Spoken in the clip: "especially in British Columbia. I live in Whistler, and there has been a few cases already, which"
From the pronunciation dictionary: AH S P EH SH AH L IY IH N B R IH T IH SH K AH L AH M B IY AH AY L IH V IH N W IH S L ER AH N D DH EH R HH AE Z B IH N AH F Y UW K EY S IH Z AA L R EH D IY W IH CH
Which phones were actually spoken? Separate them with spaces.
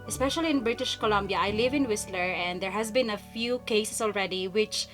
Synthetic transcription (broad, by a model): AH S P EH SH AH L IY IH N B R IH T IH SH K AH L AH M B IY AH AY L IH V IH N W IH S L ER AH N D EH R HH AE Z B IH N AH F Y UW K EY S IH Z AA L R EH D IY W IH CH